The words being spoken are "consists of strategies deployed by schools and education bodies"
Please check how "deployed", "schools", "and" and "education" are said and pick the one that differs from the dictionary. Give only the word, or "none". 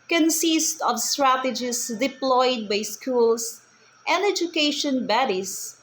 schools